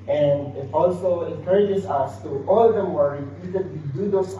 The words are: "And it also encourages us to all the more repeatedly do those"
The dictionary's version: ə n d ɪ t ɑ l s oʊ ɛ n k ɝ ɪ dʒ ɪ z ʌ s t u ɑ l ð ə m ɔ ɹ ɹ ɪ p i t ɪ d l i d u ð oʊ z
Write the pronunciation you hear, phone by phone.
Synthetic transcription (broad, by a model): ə n d ɪ t ɑ l s oʊ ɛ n k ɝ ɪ dʒ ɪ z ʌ s t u ɑ l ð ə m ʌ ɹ ɹ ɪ i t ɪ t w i d u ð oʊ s